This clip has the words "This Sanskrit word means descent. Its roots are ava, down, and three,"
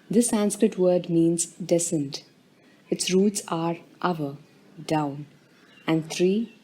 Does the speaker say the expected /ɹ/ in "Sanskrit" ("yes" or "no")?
yes